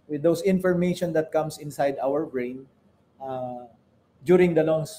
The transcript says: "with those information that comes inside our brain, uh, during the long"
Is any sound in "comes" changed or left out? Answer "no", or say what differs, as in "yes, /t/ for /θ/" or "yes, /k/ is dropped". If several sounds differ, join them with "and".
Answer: yes, /s/ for /z/